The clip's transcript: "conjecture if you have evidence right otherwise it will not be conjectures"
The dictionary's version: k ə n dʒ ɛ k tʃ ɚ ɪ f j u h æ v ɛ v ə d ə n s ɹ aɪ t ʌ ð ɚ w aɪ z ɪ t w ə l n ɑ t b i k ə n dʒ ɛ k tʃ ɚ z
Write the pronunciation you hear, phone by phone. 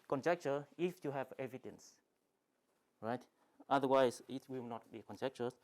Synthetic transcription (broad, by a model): k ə n dʒ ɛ k tʃ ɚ ɪ f j u h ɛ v ɛ v ə d ə n s ɹ aɪ t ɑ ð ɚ w aɪ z ɪ t w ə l n ɑ t b i k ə n dʒ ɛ k tʃ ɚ